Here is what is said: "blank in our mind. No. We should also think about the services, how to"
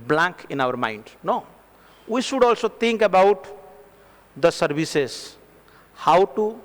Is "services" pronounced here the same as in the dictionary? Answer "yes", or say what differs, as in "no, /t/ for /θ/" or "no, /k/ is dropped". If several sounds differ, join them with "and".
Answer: no, /b/ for /v/